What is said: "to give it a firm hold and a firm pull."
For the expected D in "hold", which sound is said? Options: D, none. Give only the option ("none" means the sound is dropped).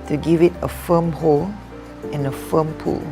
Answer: none